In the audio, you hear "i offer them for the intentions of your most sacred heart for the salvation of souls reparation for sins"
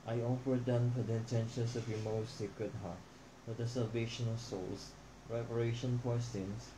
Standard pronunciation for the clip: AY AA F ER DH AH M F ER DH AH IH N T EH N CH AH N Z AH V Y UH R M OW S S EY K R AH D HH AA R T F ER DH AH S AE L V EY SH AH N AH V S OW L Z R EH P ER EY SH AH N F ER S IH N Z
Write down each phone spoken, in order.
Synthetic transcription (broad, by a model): AY AA F ER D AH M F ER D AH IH N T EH N SH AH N S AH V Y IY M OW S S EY K R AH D HH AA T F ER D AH S AE L V EY SH AH N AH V S OW L S R EH P ER EY SH AH N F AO S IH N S